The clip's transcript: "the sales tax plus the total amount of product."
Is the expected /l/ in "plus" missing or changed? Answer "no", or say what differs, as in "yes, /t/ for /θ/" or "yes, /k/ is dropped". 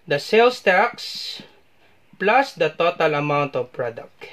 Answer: no